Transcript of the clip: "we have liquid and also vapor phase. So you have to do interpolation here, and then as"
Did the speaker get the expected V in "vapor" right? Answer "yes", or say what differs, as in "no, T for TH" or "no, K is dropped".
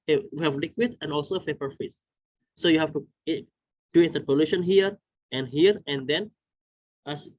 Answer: no, F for V